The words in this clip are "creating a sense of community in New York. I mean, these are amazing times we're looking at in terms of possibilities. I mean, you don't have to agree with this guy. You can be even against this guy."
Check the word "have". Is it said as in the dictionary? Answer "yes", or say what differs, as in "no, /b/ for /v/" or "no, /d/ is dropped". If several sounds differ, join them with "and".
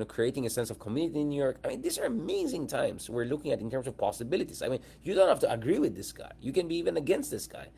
no, /f/ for /v/